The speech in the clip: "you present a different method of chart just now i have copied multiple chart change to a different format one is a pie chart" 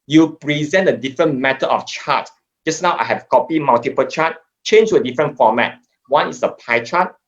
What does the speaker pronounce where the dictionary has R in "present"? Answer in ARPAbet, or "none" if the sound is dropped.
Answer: R